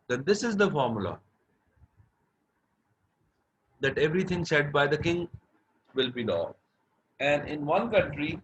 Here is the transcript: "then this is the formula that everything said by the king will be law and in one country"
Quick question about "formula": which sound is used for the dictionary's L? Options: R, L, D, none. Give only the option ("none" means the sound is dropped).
L